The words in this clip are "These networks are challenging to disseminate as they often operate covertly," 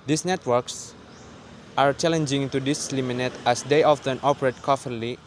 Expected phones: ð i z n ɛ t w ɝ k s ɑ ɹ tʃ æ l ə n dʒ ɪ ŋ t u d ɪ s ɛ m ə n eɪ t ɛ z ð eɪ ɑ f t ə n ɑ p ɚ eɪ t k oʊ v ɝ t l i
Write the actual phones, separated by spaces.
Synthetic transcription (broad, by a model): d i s n ɛ t w ɝ k s ɑ ɹ tʃ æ l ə n dʒ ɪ ŋ t u d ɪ s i m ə n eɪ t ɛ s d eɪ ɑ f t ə n ɑ p ɚ eɪ t k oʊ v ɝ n l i